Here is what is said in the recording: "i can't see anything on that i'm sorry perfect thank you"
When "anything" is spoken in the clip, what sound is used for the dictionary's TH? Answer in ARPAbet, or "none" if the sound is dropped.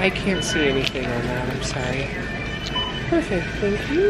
TH